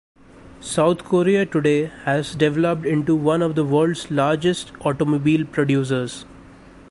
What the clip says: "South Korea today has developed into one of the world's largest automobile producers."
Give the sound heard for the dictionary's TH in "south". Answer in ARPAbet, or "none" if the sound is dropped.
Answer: T